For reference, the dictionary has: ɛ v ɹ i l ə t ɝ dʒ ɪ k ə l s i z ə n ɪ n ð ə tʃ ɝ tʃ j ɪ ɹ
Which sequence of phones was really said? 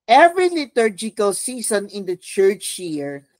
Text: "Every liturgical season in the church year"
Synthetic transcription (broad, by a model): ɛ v ɹ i l ə t ɝ dʒ ɪ k ə l s i s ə n ɪ n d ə tʃ ɝ tʃ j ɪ ɹ